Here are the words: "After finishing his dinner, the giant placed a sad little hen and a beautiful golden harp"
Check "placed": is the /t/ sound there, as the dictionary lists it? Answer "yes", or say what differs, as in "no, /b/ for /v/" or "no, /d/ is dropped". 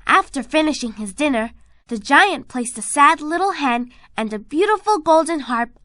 yes